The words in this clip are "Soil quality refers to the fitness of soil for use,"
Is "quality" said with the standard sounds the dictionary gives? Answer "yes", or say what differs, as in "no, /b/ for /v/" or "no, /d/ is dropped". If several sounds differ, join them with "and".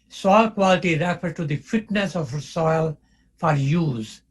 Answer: yes